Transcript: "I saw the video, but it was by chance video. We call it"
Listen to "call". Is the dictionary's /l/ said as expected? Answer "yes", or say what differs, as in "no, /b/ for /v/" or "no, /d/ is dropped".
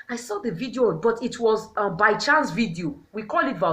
yes